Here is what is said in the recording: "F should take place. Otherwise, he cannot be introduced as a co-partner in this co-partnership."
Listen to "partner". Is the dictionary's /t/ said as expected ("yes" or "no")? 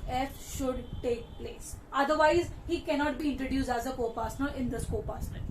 no